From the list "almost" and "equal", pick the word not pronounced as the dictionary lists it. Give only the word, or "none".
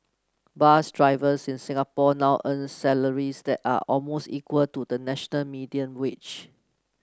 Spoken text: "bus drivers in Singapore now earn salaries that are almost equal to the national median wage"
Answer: none